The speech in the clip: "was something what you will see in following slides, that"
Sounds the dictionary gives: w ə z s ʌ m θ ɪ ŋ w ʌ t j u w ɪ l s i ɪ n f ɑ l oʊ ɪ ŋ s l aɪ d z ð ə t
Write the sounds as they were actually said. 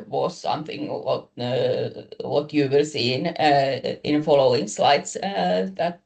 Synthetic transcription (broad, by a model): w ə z s ʌ m θ ɪ ŋ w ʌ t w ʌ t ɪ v s i ɪ n f ɑ l oʊ ɪ ŋ s l aɪ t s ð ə t